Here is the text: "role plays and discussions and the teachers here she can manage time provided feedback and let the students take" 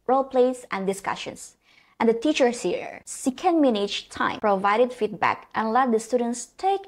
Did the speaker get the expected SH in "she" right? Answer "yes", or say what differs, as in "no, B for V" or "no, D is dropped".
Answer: no, S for SH